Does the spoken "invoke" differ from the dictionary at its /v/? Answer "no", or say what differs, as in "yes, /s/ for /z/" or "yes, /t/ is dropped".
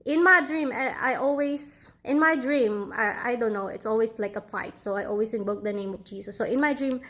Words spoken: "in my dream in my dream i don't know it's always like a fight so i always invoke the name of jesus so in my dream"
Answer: yes, /b/ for /v/